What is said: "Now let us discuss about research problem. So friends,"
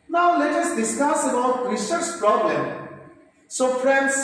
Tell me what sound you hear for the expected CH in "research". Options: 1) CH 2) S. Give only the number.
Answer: 2